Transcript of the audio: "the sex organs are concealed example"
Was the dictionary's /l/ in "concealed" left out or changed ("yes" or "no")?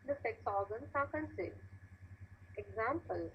yes